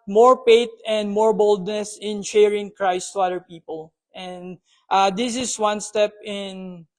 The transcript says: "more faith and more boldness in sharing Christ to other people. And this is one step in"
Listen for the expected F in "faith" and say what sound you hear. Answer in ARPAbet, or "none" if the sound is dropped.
P